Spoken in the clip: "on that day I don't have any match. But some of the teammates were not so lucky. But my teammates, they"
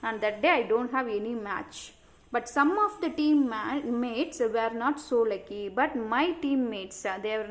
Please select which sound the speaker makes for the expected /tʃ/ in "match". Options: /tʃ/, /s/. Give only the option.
/tʃ/